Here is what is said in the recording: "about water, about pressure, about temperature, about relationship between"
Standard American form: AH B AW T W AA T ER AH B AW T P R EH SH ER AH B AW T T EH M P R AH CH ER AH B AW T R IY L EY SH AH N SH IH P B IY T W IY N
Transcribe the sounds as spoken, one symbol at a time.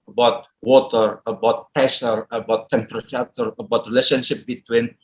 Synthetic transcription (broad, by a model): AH B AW T W AA T ER AH B AW T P EH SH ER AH B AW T T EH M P R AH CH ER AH B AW T R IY L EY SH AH N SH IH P B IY T W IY N